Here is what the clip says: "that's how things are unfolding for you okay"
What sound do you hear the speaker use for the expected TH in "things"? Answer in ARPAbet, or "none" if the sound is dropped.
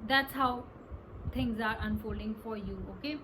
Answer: T